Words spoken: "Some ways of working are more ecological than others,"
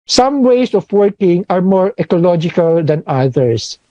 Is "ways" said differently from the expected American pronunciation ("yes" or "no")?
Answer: yes